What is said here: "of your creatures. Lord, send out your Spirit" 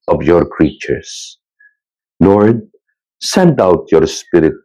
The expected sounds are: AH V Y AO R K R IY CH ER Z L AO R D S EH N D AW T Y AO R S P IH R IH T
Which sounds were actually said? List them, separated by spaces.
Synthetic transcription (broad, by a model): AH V Y AO R K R IY CH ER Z N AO R S EH N D AW T Y AO R S P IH R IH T